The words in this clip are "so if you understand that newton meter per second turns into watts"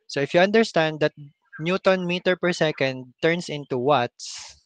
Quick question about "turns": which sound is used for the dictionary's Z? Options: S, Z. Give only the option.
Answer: S